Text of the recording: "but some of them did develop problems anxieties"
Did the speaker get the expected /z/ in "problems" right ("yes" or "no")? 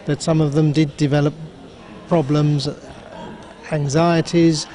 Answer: yes